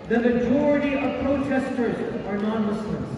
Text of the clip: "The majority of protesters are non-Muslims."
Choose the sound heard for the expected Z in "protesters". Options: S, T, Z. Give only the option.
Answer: Z